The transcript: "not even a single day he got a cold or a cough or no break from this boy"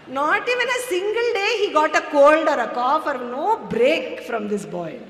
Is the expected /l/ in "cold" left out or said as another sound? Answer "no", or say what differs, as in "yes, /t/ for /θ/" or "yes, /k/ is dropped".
no